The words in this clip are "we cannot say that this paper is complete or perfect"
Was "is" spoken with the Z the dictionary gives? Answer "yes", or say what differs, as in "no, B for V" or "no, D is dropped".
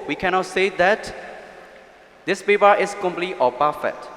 no, S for Z